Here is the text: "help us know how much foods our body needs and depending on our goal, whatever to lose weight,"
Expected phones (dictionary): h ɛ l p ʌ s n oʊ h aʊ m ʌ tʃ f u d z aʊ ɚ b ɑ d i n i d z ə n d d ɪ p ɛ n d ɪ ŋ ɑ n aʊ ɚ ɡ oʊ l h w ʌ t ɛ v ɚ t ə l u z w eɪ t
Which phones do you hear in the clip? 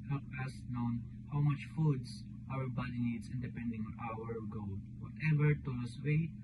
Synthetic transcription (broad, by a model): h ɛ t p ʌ s n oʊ h aʊ m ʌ tʃ f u d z aʊ ɚ b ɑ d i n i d s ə n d d ɪ p ɛ n d ɪ ŋ ɑ n aʊ ɚ ɡ oʊ l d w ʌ t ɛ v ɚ t ə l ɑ s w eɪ